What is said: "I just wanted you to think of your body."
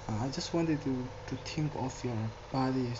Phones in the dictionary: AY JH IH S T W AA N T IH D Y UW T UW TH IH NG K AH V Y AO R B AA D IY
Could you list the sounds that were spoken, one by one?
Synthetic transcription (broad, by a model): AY JH IH S T W AA N T IH D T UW T UW T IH NG K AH F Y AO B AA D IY